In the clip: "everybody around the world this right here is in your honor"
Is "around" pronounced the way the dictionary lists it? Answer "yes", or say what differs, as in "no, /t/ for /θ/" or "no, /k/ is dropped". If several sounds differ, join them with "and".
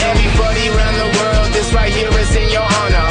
yes